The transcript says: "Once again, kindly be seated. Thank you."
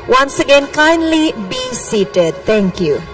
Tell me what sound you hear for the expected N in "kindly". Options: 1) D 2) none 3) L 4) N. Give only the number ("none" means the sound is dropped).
4